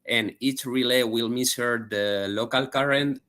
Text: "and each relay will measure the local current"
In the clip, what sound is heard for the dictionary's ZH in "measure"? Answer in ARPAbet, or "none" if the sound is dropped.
S